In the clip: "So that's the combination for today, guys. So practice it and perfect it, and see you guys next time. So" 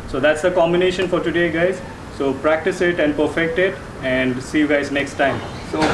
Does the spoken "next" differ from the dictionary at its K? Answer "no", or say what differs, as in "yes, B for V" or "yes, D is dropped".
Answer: no